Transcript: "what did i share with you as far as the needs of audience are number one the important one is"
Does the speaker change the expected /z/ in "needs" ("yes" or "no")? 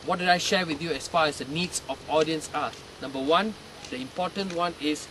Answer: yes